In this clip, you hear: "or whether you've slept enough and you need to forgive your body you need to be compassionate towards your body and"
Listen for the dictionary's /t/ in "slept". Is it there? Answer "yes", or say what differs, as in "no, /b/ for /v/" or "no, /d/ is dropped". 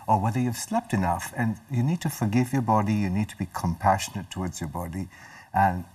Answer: yes